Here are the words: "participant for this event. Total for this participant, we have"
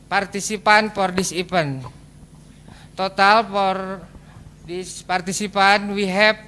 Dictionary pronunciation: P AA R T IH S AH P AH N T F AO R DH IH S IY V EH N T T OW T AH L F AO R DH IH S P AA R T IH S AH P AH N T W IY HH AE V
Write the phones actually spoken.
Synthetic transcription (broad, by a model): P AA R T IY S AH P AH N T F AO R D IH S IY P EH N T T OW T AH L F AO R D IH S P AA R T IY S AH P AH N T W IY HH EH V